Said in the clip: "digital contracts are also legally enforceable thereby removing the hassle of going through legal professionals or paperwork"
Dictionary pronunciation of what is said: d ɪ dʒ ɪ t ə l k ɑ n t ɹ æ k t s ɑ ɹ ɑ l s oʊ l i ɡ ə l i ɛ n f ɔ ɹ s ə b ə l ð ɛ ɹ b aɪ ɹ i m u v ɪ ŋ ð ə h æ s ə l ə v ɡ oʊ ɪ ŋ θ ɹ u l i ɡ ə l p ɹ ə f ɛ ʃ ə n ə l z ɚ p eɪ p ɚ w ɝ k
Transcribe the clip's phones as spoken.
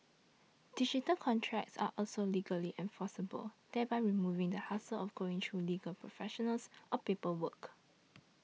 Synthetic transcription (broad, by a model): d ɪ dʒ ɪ t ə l k ɑ n t ɹ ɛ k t s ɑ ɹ ɑ l s oʊ l i ɡ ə l i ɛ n f ɔ s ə b ə l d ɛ b aɪ ɹ i m u v ɪ ŋ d ə h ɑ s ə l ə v ɡ oʊ ɪ ŋ t ɹ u l i ɡ ə l p ɹ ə f ɛ ʃ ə n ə l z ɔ p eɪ p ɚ w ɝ k